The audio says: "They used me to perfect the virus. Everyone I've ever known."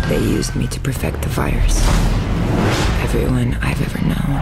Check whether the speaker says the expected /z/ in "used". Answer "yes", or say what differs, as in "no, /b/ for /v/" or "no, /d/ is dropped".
yes